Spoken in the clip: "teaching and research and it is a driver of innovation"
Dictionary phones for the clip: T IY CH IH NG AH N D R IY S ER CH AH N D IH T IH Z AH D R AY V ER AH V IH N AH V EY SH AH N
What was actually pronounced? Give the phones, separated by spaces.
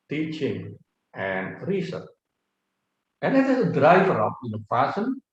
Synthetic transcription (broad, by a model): T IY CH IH NG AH N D R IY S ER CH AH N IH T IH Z AH D R AY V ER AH P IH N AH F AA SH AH N